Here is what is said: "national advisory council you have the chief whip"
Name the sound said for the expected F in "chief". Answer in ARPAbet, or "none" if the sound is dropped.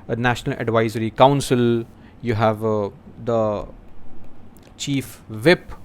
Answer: F